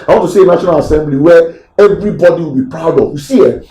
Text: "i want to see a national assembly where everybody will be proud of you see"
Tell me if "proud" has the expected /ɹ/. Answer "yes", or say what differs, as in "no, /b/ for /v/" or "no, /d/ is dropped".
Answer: yes